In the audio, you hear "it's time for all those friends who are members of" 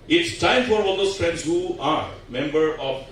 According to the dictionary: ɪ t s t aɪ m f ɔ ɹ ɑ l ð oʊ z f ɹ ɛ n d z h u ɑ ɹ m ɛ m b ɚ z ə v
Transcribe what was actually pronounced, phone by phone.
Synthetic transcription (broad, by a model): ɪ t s t aɪ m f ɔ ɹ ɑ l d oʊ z f ɹ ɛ n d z h u ɑ ɹ m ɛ m b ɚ ə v